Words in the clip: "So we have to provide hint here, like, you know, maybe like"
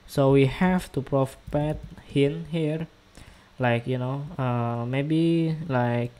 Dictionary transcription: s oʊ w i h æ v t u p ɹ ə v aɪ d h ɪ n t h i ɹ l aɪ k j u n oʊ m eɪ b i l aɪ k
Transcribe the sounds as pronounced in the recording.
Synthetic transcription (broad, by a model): s oʊ w i h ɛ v t u p ɹ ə p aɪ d h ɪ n h i ɹ l aɪ k j u n oʊ m eɪ b i l aɪ k